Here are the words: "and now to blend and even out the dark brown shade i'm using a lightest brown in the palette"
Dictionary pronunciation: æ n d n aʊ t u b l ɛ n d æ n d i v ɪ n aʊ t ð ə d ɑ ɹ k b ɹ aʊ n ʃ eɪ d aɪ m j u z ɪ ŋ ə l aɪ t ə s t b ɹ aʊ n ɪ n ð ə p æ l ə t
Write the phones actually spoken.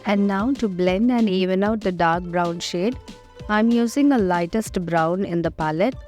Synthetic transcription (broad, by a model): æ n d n aʊ t u b l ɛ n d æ n d i v ɪ n aʊ t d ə d ɑ ɹ k b ɹ aʊ n ʃ eɪ d aɪ m j u z ɪ ŋ ə l aɪ t ə s t b ɹ aʊ n ɪ n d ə p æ l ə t